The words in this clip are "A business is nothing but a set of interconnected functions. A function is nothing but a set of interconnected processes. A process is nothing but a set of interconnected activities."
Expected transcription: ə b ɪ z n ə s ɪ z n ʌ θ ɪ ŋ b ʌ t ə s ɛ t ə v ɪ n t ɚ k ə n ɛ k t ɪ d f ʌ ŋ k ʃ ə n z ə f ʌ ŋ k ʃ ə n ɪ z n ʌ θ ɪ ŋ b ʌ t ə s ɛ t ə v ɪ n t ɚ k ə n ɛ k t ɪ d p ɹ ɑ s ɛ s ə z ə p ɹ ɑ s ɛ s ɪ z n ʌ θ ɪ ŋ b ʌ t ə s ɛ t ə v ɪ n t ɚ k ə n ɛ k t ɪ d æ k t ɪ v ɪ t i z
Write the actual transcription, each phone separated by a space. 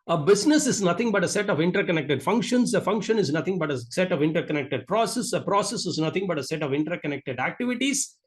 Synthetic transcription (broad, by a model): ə b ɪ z n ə s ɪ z n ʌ t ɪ ŋ b ʌ t ə s ɛ t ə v ɪ n t ɚ k ə n ɛ k t ɪ d f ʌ ŋ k ʃ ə n s ə f ʌ ŋ k ʃ ə n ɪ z n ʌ t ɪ ŋ b ʌ t ə s ɛ t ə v ɪ n t ɚ k ə n ɛ k t ɪ d p ɹ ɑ s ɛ s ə ə p ɹ ɑ s ɛ s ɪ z n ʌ t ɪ ŋ b ʌ t ə s ɛ t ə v ɪ n t ɚ k ə n ɛ k t ɪ d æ k t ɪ v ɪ t i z